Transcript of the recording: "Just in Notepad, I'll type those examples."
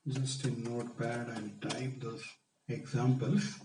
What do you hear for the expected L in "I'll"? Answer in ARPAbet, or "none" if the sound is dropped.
N